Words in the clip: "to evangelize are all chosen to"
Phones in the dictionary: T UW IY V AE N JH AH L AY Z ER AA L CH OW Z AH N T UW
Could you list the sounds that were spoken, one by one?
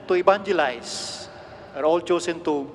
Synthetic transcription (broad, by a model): T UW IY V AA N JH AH L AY S ER AA L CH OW S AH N T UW